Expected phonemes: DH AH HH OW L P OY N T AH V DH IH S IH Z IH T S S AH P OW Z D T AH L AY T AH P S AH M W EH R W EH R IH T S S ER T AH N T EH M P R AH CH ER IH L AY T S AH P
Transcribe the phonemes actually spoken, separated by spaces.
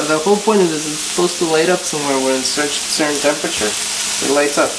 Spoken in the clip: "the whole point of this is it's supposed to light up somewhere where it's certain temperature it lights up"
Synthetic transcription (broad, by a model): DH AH HH OW L P OY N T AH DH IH IH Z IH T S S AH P OW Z T AH L AY T AH P S AH M W EH R W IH R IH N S S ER S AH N T EH M P R AH CH ER IH L AY T S AH P